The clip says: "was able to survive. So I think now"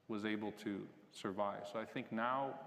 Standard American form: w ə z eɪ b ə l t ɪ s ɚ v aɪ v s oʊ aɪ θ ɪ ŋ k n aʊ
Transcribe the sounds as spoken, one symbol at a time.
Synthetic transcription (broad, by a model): w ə z eɪ b l t ɪ s ɚ v aɪ v s oʊ aɪ θ ɪ ŋ k n aʊ